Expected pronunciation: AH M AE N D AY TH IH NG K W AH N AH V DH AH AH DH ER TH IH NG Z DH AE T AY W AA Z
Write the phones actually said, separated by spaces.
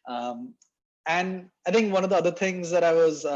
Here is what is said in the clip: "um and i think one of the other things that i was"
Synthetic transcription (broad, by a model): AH M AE N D AY T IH NG K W AH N AH V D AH AH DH ER T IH NG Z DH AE T AY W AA Z